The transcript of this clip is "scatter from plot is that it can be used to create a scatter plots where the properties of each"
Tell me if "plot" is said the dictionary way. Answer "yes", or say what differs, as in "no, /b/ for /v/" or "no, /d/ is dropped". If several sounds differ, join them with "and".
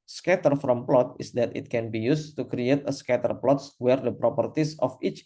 yes